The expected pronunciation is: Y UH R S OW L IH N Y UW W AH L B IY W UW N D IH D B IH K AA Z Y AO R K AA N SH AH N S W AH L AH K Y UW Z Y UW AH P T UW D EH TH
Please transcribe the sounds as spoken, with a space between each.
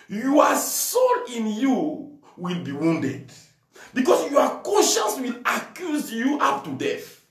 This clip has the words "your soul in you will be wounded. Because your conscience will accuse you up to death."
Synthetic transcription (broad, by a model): Y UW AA S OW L IH N Y UW W AH L B IY W UW N D IH D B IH K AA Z Y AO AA K AA N SH AH N S W AH L AH K Y UW Z Y UW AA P T UW D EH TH